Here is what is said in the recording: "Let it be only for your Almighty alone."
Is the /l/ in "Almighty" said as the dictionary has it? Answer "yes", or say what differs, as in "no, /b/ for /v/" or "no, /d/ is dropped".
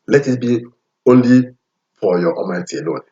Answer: no, /l/ is dropped